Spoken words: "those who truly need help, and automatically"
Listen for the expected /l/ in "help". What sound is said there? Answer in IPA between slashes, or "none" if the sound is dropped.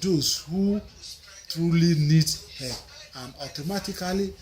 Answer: none